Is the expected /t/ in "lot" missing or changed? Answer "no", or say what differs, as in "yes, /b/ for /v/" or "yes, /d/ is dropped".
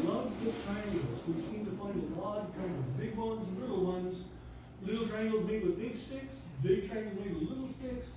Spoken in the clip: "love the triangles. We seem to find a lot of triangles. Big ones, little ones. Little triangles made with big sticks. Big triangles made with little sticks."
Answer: yes, /t/ is dropped